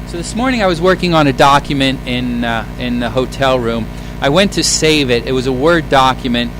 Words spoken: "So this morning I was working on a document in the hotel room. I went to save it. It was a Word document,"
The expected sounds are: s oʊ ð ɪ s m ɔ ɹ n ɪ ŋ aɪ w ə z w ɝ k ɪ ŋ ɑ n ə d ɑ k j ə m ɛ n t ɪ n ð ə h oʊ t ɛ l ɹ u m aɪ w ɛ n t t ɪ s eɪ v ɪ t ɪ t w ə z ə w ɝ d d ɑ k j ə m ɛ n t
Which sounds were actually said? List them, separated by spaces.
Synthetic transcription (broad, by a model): s oʊ ð ɪ s m ɔ ɹ n ɪ ŋ aɪ w ə z w ɝ k ɪ ŋ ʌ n ə d ɑ k j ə m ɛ n t ɪ n ð ə h oʊ t ɛ l ɹ u m aɪ w ɛ n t t ɪ s eɪ v ɪ t ɪ t w ə z ə w ɝ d d ɑ k j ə m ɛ n t